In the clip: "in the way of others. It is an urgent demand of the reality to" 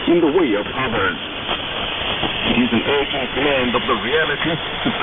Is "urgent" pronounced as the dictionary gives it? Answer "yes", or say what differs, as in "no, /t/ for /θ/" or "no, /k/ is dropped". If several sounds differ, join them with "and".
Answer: no, /dʒ/ is dropped